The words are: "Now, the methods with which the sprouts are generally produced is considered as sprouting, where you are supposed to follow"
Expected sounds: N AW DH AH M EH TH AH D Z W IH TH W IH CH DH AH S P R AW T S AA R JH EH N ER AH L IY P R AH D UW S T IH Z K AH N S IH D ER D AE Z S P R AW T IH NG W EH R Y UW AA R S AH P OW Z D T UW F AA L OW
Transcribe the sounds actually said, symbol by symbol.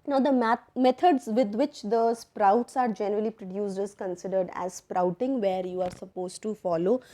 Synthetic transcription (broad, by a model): N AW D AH M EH T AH D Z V IH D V IH CH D AH S P R AW T S AA R JH EH N ER AH L IY P R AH D UW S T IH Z K AH N S IH D ER D AE Z S P R AW T IH NG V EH R Y UW AA R S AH P OW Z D T UW F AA L OW